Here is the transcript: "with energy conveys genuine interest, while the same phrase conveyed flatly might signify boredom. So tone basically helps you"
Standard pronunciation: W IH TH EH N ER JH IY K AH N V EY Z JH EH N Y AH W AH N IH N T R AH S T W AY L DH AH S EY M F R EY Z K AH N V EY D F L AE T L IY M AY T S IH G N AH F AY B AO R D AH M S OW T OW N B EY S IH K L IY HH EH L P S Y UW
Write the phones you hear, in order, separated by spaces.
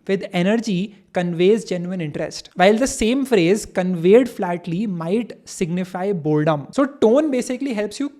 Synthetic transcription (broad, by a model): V IH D EH N ER JH IY K AH N V EY Z JH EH N Y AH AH N IH N T R AH S T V AY L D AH S EY M F R EY Z K AH N V EY D F L AE T L IY M AY T S IH G N AH F AY B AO L D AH M S OW T OW N B EY S IH K L IY HH EH L P S Y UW